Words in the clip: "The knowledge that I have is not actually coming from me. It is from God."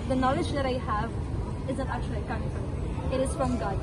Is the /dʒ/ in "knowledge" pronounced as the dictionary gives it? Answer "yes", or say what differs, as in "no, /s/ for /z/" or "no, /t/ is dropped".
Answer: yes